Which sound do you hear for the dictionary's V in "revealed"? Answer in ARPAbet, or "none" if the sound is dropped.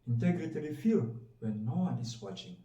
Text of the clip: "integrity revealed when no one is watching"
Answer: F